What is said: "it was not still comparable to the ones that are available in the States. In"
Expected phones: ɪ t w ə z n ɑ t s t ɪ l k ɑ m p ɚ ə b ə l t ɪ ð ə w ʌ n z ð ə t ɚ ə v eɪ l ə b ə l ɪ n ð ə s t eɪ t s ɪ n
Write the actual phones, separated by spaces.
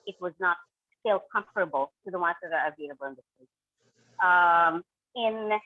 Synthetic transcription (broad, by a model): ɪ t w ə z n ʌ t s t ɪ l k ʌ m f ɚ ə b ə l t ɪ ð ə w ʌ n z ð ə t ɚ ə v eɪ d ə b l ɪ n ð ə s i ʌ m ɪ n